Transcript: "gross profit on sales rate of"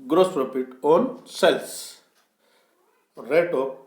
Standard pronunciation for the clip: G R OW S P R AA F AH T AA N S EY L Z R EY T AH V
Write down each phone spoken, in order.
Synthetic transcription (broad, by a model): G R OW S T R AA P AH T AA N S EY L S R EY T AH